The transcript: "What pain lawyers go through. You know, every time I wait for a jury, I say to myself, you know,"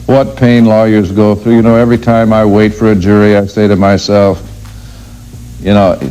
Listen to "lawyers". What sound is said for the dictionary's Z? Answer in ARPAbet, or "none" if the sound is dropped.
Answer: Z